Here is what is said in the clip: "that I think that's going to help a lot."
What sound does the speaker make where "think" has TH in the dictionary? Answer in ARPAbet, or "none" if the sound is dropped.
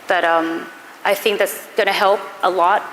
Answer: TH